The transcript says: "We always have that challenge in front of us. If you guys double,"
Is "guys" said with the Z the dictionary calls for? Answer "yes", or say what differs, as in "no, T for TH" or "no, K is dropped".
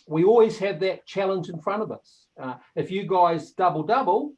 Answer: yes